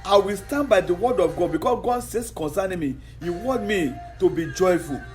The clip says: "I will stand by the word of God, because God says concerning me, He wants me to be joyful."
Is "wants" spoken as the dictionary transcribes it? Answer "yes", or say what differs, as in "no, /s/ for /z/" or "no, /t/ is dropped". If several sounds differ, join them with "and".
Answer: no, /n/ is dropped and /s/ is dropped